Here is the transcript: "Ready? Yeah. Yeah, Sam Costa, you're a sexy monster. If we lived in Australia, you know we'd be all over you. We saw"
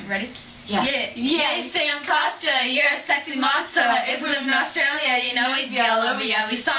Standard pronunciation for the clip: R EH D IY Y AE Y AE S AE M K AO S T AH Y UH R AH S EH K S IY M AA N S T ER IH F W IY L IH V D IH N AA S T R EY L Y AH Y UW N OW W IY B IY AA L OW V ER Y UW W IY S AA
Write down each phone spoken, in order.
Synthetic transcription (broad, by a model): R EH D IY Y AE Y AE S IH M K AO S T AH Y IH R AH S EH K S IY M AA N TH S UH IH F W IY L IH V IH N AA S T R EY L Y AH Y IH N OW W IY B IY L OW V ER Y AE W IY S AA